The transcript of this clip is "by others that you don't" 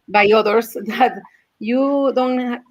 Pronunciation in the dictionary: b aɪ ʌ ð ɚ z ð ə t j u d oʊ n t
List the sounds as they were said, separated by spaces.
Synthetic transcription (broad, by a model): b aɪ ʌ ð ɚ s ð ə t j u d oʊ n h